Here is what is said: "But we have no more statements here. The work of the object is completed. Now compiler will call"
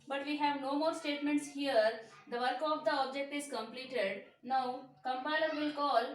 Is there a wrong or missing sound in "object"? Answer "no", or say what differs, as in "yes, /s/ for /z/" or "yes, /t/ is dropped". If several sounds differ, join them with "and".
no